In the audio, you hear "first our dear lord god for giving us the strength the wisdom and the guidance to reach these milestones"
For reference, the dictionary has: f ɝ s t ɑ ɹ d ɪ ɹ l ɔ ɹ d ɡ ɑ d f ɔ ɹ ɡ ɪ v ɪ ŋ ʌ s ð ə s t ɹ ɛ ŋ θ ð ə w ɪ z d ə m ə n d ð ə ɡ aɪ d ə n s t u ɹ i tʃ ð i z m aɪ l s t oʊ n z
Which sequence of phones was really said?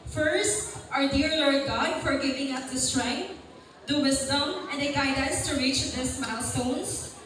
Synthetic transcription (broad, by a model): f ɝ s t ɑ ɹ d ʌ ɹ l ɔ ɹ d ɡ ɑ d f ɔ ɹ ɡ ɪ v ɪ ŋ ʌ s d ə s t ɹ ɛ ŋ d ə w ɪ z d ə m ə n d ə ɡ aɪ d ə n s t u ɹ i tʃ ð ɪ s m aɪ l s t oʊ n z